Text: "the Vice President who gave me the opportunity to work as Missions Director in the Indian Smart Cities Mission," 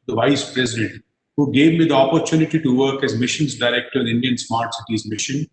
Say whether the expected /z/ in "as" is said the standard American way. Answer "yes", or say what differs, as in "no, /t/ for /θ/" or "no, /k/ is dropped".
yes